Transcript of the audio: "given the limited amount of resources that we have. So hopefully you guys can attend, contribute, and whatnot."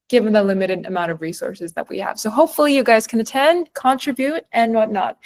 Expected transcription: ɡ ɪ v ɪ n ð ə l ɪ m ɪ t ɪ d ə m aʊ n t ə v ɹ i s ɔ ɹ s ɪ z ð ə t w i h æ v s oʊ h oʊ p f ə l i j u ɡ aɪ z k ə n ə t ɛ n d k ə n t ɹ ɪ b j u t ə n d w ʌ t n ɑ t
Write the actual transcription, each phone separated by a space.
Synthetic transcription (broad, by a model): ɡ ɪ v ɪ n ð ə l ɪ m ɪ t ɪ d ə m aʊ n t ə v ɹ i s ɔ ɹ s ɪ z ð ə t w i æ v s oʊ h oʊ p f l i j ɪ ɡ aɪ z k ə n ə t ɛ n d k ə n t ɹ ɪ b j u t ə n w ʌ t n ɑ t